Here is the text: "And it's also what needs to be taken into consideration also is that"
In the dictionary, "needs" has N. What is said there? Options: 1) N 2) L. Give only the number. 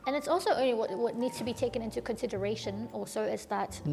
1